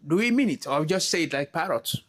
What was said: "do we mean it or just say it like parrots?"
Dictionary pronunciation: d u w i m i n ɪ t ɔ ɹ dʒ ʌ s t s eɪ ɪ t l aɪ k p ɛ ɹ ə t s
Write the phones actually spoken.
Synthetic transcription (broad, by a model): d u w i m i n ɪ t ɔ w dʒ ʌ s t s eɪ ɪ t l aɪ k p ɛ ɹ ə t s